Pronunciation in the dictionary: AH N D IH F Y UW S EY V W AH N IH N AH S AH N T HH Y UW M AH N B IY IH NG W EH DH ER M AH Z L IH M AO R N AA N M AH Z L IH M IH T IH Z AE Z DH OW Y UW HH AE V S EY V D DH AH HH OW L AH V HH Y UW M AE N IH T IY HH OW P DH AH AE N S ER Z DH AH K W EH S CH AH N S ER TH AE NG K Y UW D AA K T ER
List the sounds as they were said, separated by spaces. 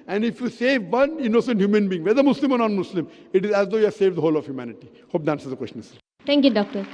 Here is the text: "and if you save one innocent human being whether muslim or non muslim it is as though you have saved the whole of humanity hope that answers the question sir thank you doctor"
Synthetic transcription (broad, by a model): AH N D IH F Y UW S EY V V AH N IH N AH S AH N T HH Y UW M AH N B IY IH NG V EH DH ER M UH S L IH M AO R N AA N M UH S L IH M IH T IH Z AE Z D OW Y UW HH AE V S EY V D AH HH OW L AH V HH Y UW M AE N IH T IY HH OW P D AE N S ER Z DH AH K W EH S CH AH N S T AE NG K Y UW D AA K T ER